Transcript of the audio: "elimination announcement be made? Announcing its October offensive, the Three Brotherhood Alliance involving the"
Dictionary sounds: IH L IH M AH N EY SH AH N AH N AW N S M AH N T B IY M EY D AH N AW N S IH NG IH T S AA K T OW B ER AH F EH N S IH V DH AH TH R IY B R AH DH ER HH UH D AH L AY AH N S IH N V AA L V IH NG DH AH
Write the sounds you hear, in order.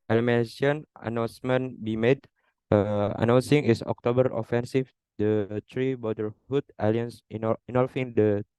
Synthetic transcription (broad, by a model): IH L M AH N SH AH N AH N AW N S M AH N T B IY M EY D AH N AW N S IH NG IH S AA K T OW B ER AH F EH N S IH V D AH T R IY B AO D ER HH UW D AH L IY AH N S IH N AA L F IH NG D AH